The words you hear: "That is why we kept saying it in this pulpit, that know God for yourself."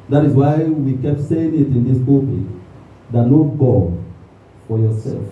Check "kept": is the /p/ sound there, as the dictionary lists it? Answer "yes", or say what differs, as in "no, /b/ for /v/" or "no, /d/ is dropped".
yes